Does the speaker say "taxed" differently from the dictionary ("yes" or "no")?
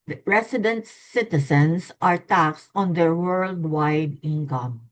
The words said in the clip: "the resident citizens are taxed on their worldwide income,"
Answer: no